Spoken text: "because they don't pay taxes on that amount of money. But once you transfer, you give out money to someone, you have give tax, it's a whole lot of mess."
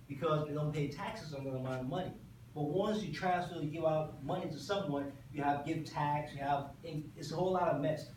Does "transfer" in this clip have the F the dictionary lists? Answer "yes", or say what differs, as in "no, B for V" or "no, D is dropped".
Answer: no, F is dropped